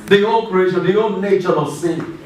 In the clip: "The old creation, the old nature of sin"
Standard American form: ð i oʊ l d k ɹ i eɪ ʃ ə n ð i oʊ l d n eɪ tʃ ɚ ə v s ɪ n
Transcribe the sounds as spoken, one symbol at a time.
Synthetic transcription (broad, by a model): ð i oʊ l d k ɹ i eɪ ʃ ə n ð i oʊ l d n eɪ tʃ ɚ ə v s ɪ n